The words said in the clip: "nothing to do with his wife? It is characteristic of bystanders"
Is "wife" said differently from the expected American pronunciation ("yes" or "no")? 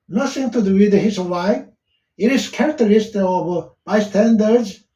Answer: yes